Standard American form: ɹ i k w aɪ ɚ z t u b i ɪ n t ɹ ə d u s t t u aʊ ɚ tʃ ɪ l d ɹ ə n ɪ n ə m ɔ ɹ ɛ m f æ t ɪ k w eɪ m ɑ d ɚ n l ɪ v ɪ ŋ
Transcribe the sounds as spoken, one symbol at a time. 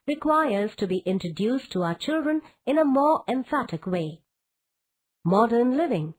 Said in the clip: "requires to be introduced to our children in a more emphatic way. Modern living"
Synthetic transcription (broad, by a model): ɹ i k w aɪ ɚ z t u b i ɪ n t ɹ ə d u s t t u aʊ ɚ tʃ ɪ l d ɹ ə n ɪ n ə m ɔ ɹ ɛ m f æ t ɪ k w eɪ m ɑ d ɚ n l ɪ v ɪ ŋ